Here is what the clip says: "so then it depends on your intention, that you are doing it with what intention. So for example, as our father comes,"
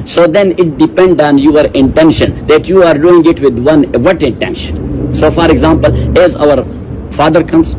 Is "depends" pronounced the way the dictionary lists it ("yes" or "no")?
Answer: no